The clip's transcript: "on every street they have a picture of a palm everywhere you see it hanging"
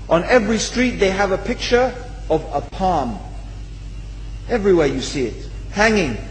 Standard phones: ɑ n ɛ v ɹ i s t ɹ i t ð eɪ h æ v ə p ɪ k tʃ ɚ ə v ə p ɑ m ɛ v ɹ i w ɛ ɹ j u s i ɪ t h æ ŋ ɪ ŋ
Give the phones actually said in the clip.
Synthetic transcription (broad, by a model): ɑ n ɛ v ɹ i s t ɹ i t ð eɪ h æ v ə p ɪ k tʃ ɚ ə v ə p ɑ m ɛ v ɹ i w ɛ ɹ j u s i ɪ t h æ ŋ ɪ ŋ